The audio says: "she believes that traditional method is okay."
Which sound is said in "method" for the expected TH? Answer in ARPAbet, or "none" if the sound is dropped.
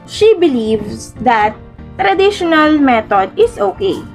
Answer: T